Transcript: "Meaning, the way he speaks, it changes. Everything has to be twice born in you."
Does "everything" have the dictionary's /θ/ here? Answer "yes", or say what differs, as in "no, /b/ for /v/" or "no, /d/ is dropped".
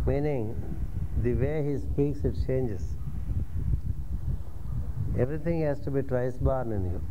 no, /t/ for /θ/